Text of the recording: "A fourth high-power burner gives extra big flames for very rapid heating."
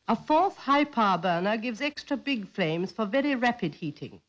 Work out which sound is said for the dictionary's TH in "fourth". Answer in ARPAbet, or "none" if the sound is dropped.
TH